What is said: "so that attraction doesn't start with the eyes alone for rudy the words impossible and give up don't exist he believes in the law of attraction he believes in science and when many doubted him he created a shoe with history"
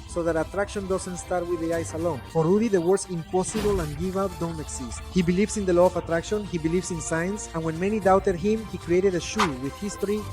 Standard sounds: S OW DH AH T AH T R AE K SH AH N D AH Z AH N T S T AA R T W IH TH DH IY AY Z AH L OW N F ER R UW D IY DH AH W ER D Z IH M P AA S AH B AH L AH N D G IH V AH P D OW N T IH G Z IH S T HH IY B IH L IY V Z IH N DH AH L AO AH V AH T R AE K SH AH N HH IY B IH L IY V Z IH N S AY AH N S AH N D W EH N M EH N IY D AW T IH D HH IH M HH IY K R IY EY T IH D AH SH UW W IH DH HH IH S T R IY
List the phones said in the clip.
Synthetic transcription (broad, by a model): S OW DH AH T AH T R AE K SH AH N D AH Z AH N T S T AA R T W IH DH IY AY S AH L OW N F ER R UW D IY DH AH W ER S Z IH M P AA S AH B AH L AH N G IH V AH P D OW N T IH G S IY S T HH IY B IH L IY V S IH N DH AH L AO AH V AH T R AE K SH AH N HH IY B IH L IY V S IH N S AY AH N S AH N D W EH N M EH N IY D AW T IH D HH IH M HH IY K R IY EY T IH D AH SH UW W IH DH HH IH S T R IY